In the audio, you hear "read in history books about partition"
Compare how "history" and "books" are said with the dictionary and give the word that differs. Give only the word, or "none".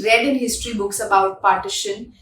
none